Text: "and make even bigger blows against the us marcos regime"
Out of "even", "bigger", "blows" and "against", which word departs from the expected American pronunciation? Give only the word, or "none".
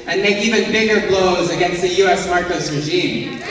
none